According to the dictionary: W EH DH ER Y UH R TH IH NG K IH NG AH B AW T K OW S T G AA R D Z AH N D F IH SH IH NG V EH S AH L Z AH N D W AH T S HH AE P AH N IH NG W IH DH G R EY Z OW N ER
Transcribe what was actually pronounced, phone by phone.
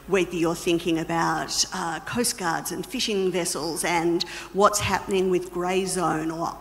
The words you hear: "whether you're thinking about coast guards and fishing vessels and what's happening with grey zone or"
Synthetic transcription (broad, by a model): W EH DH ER Y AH R TH IH NG K IH NG AH B AW T K OW S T G AA R D Z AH N F IH SH IH NG V EH S L Z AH N W AH T S HH AE P AH N IH NG W IH DH G R EY Z OW N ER